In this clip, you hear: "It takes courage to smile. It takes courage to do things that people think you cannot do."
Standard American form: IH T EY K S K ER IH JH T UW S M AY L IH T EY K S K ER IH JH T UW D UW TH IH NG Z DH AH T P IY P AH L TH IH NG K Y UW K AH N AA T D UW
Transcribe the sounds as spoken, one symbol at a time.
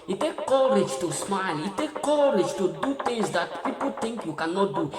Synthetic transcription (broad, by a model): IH T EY K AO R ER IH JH T UW S M AY L IH T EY K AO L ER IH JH T UW D UW T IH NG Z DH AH T P IY P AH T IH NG K Y UW K AH N AA T D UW